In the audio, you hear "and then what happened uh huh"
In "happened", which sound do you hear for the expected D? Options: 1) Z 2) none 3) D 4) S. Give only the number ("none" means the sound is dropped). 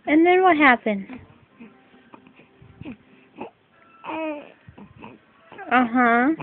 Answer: 2